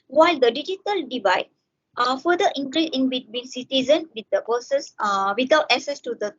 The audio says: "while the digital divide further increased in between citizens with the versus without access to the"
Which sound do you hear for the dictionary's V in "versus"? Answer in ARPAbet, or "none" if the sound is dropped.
P